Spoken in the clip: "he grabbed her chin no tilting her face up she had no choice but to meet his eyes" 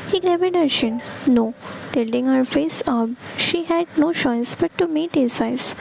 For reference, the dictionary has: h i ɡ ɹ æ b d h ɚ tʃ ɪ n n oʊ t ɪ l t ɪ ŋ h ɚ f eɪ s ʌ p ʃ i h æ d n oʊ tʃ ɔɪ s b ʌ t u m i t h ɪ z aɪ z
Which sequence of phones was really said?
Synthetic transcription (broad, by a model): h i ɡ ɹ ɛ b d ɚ ʃ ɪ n n oʊ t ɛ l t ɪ ŋ h ɚ f eɪ s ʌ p ʃ i h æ d n oʊ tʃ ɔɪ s b ʌ t u m i t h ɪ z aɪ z